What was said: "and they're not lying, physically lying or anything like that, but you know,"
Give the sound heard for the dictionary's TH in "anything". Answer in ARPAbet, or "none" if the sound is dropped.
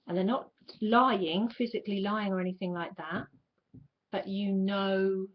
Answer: TH